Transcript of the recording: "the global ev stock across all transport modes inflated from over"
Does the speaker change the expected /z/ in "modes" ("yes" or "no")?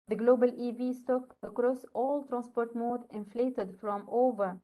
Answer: yes